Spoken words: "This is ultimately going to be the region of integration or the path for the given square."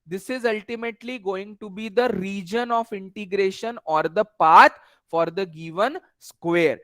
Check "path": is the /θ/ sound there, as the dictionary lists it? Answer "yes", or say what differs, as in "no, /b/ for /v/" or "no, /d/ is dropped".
no, /t/ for /θ/